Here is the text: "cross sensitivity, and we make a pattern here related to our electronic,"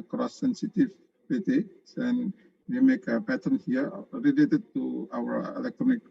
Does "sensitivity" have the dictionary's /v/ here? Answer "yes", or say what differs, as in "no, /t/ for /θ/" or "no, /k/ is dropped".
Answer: no, /p/ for /v/